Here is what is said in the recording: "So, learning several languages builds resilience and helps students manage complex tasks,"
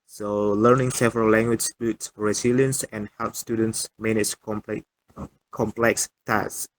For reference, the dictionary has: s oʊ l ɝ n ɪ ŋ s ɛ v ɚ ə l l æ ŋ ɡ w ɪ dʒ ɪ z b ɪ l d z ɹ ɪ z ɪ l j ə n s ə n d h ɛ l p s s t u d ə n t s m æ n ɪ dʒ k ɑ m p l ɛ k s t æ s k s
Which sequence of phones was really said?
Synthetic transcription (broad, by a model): s oʊ l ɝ n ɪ ŋ s ɛ v ɚ ə l l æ ŋ ɡ w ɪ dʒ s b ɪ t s ɹ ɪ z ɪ l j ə n s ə n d h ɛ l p s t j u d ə n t s m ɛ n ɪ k k ɑ m p l ɛ k s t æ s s